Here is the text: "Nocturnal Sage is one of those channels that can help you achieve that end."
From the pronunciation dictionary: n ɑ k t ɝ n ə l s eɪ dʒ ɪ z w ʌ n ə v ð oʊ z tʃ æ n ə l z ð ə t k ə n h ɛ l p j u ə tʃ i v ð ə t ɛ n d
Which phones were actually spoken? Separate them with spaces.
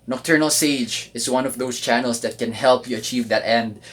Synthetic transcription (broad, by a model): n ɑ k t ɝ n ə l s eɪ dʒ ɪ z w ʌ n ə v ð oʊ s tʃ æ n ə l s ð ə t k ə n h ɛ l p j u ə tʃ i v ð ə t ɛ n d